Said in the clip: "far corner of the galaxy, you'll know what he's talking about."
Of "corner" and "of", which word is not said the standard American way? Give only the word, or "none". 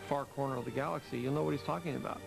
none